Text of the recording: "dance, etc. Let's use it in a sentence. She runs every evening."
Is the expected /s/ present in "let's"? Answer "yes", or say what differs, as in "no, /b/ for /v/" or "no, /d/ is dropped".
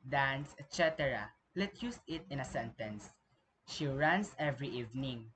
no, /s/ is dropped